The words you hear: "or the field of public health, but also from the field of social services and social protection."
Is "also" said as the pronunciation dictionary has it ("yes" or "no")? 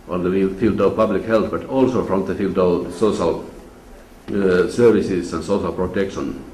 yes